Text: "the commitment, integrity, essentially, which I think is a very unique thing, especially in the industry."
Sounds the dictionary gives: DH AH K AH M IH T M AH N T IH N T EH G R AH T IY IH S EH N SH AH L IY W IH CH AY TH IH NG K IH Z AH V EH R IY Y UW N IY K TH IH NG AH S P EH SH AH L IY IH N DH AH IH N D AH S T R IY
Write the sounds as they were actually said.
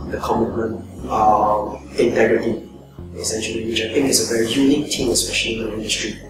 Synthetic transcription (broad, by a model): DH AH K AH M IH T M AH N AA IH N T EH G R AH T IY IH S EH N SH AH L IY W IH CH AY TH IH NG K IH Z AH V EH R IY Y UW N IY K T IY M AH S P EH SH AH L IY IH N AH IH N D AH S T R IY